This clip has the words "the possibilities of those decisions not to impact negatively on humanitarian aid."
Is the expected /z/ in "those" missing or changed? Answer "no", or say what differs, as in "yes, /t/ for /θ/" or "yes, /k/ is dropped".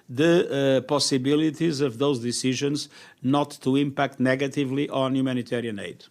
no